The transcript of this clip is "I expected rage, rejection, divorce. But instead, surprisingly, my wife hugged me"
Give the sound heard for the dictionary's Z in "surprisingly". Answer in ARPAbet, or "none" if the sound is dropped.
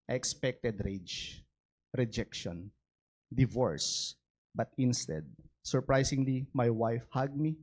S